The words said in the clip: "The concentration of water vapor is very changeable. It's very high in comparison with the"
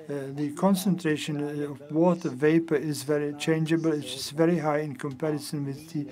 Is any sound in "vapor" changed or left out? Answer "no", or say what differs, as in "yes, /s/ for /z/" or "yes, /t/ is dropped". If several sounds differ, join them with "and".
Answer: no